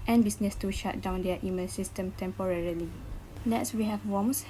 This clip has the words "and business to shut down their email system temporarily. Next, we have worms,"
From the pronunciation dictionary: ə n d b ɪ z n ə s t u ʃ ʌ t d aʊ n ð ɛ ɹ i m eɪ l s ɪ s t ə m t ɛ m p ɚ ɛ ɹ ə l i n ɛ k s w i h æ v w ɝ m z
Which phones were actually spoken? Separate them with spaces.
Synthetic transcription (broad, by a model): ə n b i s n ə s t u ʃ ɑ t d aʊ n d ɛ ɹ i m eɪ n s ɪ s t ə m t ɛ m p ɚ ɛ ɹ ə l i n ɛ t s w i h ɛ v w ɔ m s